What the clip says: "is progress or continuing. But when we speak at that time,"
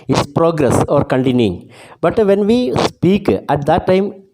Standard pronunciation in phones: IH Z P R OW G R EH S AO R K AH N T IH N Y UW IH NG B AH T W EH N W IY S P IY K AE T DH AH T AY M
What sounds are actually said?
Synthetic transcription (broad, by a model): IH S P R OW G R EH S AO R K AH N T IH N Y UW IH NG B AH T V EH N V IY S P IY K AE T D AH T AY M